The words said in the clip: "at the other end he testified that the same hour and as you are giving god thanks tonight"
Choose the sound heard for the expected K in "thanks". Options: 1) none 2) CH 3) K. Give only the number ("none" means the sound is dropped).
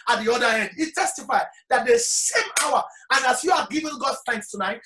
3